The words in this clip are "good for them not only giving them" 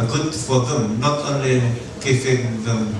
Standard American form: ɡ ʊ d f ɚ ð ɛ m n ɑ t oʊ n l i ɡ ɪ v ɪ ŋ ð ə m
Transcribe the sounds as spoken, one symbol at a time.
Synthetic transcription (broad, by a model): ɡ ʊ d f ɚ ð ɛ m n ɑ t oʊ n l i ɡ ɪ f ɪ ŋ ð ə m